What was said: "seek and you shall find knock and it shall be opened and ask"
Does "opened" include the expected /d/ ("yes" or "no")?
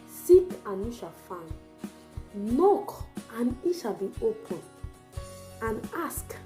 no